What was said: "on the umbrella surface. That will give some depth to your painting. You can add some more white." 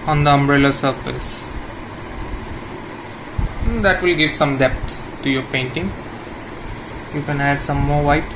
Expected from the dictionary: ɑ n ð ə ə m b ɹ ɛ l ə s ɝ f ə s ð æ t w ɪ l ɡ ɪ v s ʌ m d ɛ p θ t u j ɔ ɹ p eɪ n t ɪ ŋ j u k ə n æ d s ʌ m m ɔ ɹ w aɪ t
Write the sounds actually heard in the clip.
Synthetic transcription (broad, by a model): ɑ n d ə ə m b ɹ ɛ l ə s ɝ f ə s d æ t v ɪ l ɡ ɪ v s ʌ m d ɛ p t t u j ɔ ɹ p eɪ n t ɪ ŋ j u k ə n æ d s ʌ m m ɔ ɹ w aɪ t